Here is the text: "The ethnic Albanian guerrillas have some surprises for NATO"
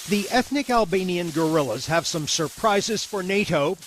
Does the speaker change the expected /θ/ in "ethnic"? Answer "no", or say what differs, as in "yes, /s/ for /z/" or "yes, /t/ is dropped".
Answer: no